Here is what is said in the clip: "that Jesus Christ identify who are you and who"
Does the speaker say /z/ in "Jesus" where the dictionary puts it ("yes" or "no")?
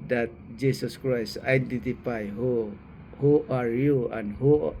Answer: no